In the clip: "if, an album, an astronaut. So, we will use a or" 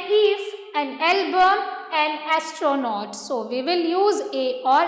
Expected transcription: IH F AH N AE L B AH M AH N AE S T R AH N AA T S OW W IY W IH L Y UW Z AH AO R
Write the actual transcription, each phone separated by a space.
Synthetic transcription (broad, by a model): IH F AH N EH L B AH AH N AE S T R AH N AA T S OW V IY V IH L Y UW Z AH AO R